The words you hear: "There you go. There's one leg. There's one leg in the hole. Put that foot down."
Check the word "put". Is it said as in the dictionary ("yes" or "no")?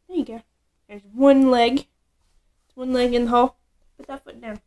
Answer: no